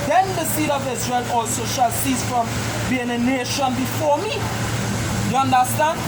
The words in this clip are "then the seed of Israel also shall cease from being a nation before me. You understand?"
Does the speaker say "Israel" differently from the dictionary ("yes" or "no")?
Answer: no